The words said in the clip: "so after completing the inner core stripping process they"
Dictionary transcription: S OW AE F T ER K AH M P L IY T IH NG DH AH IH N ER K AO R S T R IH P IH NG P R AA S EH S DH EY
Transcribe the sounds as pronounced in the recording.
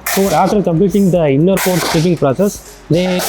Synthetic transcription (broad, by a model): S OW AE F T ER K AH M P L IY T IH NG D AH IH N ER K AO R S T IH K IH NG P R AA S EH S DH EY